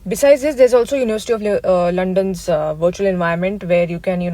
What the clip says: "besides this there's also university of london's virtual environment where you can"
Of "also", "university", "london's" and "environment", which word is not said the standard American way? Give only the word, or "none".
environment